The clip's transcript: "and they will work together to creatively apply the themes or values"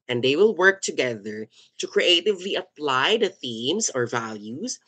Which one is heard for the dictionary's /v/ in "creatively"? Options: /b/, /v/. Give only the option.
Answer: /v/